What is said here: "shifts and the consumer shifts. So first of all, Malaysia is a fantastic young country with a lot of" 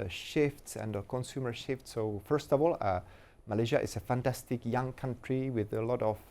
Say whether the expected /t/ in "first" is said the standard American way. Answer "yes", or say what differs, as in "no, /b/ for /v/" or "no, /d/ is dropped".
yes